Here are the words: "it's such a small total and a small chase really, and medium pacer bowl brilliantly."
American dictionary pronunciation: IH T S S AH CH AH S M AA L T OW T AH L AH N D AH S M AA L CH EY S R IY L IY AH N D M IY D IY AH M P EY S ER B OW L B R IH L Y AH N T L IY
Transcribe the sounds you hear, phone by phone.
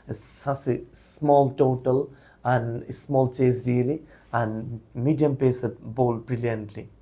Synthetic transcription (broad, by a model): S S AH S AH S M AA L T OW T AH L AH N D S M AA L CH EY S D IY L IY AH N D M IY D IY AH M P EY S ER B OW L B R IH L Y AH N T L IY